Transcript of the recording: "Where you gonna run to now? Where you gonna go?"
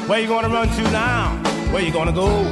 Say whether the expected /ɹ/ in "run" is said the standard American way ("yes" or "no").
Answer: yes